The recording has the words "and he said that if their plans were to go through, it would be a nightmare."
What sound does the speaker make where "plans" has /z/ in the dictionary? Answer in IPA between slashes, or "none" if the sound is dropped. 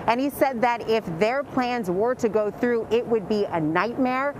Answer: /z/